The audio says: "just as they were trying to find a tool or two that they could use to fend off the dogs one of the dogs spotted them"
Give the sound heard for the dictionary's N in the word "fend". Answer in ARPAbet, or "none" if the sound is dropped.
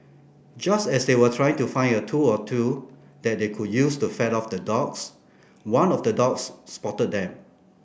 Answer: none